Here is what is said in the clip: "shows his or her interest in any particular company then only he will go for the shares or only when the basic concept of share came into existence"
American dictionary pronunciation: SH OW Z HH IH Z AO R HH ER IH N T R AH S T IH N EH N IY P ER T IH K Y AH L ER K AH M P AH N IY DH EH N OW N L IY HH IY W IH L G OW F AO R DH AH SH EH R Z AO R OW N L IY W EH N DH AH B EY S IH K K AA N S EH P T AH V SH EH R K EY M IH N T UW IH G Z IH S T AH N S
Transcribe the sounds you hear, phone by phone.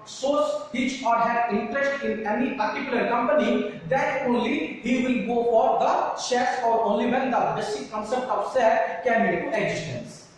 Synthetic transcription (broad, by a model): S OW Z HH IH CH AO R HH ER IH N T R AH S T IH N EH N IY P ER T IH K Y AH L ER K AH M P AH N IY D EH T OW N L IY HH IY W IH L G OW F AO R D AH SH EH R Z AO R OW N L IY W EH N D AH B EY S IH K K AA N S EH P T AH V S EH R K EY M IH T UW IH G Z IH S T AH N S